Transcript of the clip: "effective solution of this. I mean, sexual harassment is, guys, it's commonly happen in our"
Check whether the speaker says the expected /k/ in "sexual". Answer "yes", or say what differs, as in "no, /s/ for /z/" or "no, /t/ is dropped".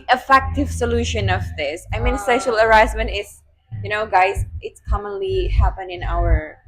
no, /k/ is dropped